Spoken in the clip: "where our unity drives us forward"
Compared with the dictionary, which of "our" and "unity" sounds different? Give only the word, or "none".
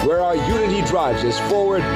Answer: none